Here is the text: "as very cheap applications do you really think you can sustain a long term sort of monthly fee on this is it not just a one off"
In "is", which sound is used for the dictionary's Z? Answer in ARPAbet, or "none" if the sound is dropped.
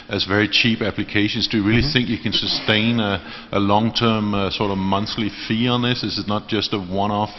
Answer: S